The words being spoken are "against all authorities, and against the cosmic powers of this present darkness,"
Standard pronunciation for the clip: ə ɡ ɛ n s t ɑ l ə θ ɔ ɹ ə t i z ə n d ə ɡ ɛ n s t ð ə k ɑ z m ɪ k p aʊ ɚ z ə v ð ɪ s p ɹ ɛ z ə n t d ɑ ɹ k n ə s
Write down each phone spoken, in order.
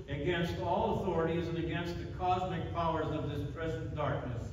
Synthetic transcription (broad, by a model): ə ɡ ɛ n s t ɑ l ə θ ɔ ɹ ə t i z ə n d ə ɡ ɛ n s t ð ə k ɑ z m ɪ k p aʊ ɚ z ə v ð ɪ s p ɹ ɛ z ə n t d ɑ ɹ k n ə s